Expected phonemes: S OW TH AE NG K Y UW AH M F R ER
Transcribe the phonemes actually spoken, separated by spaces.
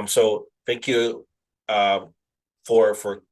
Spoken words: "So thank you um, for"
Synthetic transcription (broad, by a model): S OW TH AE NG K Y UW AH M F R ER